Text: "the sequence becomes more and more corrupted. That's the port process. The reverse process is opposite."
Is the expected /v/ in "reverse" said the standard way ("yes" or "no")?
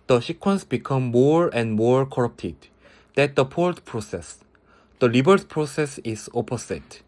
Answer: no